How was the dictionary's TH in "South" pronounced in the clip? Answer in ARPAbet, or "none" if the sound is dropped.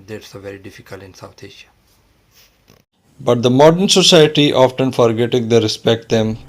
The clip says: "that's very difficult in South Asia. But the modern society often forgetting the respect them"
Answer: T